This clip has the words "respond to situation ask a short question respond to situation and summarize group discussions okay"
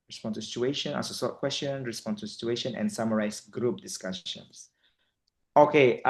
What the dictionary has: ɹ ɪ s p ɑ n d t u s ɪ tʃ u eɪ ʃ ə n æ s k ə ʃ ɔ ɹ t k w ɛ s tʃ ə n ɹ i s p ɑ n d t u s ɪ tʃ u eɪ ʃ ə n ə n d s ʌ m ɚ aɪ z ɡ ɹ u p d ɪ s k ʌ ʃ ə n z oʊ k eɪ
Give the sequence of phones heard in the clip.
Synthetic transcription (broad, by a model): ɹ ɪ s p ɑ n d t u s ɪ tʃ u eɪ ʃ ə n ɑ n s ə s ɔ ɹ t k w ɛ s tʃ ə n ɹ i s p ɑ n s t u s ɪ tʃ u eɪ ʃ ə n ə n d s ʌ m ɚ aɪ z ɡ ɹ u p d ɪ s k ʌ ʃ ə n s oʊ k eɪ